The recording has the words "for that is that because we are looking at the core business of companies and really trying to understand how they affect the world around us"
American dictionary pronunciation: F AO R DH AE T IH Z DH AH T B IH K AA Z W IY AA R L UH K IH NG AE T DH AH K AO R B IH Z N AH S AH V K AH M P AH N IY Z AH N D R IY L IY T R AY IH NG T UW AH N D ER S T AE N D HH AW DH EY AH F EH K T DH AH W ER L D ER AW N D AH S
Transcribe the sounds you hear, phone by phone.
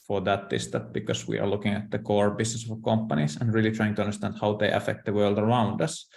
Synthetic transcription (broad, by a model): F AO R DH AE T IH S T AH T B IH K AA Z W IY AA R L UH K IH NG AE T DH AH K AO R B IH S N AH S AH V K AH M P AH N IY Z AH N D R IY L IY T R AY IH NG T UW AH N D ER S T AE N D HH AW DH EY AH F EH K T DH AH W ER L D ER AW N D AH S